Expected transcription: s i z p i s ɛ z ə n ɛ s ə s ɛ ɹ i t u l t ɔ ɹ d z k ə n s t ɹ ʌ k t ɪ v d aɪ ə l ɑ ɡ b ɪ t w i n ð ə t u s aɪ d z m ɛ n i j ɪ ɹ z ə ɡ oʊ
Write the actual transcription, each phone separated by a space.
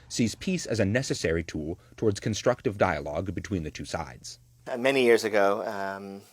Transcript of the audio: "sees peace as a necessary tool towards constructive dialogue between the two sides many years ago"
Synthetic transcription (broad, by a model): s i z p i s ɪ z ə n ɛ s ə s ɛ ɹ i t u l t ɔ ɹ d z k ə n s t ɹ ʌ k t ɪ v d aɪ ə l ɑ ɡ b ɪ t w i n ð ə t u s aɪ d z m ɛ n i j ɪ ɹ z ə ɡ oʊ